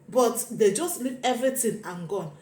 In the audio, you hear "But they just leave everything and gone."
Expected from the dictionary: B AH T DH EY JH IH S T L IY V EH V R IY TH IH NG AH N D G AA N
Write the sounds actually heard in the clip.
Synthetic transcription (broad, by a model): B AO T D EY JH IH S T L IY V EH V R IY T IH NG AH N G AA N